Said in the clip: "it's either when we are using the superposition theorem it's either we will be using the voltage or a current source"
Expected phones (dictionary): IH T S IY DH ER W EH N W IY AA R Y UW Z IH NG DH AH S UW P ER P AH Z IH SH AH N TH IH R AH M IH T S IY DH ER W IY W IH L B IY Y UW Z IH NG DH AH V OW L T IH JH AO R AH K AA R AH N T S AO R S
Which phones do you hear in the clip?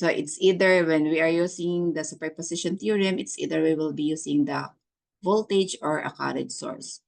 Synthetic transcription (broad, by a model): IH T S IY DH ER W EH N W IY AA R Y UW S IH NG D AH S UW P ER P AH S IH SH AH N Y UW R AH M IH T S IY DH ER W IY W IH L B IY Y UW S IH NG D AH V OW L T IH JH AO R AH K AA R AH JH S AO R S